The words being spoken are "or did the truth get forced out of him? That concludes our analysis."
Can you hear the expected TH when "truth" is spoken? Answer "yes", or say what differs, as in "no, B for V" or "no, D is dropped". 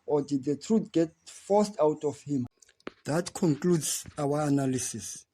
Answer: no, T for TH